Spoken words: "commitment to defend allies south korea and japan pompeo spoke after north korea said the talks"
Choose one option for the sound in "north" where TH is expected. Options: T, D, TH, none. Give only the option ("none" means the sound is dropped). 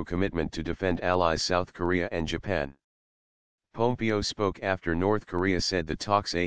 TH